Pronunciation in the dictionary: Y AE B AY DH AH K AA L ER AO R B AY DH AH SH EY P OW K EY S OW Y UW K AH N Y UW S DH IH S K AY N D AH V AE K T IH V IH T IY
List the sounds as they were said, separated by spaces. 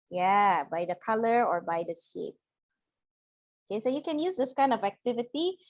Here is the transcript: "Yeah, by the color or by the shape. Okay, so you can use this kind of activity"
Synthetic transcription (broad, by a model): Y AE B AY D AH K AA L ER AO R B AY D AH SH EY P OW K EY S OW Y UW K AH N Y UW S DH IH S K AY N D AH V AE K T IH V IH T IY